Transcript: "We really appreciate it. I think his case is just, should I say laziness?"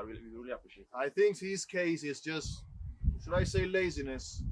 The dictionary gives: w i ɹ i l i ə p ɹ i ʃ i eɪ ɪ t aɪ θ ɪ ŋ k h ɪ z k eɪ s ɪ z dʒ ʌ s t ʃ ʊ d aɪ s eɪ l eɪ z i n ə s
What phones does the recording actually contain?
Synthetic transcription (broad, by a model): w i ɹ i l i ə p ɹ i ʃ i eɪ ɪ t aɪ θ ɪ ŋ k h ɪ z k eɪ s ɪ z dʒ ʌ s t ʃ ʊ d aɪ s eɪ l eɪ z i n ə s